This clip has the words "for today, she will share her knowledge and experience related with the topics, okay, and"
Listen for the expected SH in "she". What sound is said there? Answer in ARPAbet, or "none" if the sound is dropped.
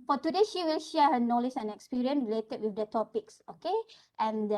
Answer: SH